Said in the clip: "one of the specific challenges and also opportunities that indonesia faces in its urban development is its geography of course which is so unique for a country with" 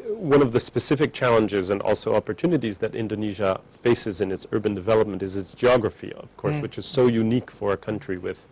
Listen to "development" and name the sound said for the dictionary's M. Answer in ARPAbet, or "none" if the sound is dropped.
M